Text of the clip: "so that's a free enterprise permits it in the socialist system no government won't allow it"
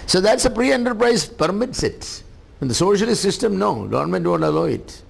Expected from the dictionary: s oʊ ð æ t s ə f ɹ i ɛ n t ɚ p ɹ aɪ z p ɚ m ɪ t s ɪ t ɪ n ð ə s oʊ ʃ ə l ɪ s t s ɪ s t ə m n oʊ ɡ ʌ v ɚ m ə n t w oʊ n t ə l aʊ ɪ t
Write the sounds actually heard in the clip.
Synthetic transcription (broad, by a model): s oʊ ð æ t s ə p ɹ i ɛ n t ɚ p ɹ aɪ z p ɚ m ɪ t s ɪ t ɪ n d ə s oʊ ʃ ə l ɪ s t s ɪ s t ə m n oʊ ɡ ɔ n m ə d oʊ n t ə l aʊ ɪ t